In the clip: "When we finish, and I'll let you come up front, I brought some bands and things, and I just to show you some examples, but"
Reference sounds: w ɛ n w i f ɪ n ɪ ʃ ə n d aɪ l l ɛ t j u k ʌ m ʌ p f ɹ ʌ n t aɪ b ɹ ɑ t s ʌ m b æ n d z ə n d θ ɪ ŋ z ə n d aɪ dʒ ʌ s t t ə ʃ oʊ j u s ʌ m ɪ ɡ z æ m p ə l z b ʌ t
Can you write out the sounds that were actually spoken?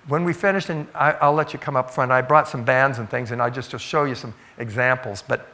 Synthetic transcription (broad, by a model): w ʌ n w i f ɪ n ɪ ʃ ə n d aɪ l l ɛ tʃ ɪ k ʌ m ʌ p f ɹ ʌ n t aɪ b ɹ ɑ t s ʌ m b æ n d z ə n θ ɪ ŋ z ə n aɪ dʒ ʌ s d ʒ ə ʃ oʊ j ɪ s ʌ m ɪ ɡ z æ m p l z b ʌ t